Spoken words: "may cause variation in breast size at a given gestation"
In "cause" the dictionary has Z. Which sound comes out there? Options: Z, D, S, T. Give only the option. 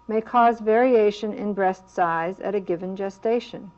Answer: Z